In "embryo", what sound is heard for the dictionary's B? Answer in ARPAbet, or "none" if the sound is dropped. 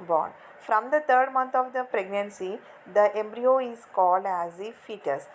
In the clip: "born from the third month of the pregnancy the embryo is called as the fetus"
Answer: B